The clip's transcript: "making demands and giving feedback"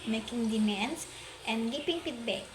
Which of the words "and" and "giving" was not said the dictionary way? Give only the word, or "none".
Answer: giving